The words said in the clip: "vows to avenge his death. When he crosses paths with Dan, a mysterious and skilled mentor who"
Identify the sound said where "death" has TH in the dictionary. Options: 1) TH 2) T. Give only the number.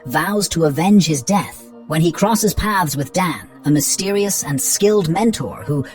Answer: 1